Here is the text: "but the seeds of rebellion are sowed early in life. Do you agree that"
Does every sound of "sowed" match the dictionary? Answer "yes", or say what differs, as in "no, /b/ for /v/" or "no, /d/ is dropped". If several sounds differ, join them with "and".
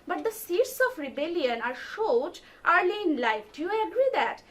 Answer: no, /ʃ/ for /s/